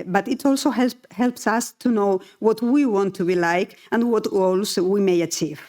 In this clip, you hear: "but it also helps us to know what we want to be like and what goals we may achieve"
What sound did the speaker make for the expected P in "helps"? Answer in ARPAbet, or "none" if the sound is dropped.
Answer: P